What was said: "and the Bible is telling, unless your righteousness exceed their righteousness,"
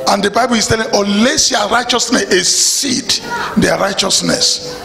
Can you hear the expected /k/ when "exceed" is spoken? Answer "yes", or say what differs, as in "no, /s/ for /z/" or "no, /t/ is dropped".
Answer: no, /k/ is dropped